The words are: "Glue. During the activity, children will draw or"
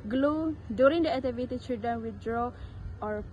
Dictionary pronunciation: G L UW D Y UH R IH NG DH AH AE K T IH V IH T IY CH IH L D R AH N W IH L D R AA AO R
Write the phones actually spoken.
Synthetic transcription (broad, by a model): G L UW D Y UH R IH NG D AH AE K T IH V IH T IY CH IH D AH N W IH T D R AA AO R